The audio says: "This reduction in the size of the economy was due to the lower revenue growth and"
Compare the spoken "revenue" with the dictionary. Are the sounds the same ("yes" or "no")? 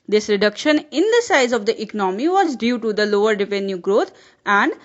no